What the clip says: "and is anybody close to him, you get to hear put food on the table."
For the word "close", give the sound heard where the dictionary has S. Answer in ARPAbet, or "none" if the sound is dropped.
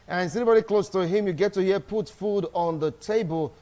S